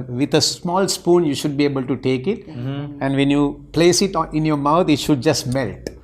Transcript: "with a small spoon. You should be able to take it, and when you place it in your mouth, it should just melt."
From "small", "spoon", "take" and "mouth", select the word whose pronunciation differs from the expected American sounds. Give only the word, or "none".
mouth